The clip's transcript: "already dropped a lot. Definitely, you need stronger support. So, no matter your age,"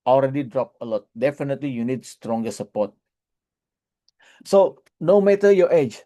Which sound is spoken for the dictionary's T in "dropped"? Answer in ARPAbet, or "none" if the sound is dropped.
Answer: none